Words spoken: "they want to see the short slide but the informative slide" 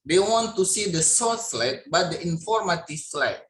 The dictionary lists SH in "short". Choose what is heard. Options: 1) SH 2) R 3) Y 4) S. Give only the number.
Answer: 4